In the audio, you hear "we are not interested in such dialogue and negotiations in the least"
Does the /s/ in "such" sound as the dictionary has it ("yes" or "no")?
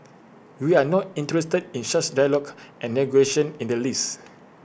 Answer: no